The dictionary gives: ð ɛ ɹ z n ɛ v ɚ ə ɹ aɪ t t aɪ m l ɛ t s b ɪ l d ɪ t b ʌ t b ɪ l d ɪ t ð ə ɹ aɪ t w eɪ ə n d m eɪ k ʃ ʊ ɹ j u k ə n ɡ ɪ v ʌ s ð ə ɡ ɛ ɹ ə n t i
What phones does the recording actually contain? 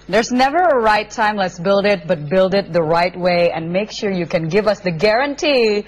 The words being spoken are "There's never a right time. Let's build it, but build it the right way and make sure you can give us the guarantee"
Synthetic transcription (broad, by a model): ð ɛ ɹ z n ɛ v ɚ ə ɹ aɪ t t aɪ m l ɛ t s b ɪ l d ɪ t b ʌ t b ɪ l d ɪ t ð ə ɹ aɪ t w eɪ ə n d m eɪ k ʃ ʊ ɹ j u k ə n ɡ ɪ v ʌ s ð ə ɡ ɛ ɹ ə n t i